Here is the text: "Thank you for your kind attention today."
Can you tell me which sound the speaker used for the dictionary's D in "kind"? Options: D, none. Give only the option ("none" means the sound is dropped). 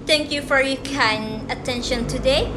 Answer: none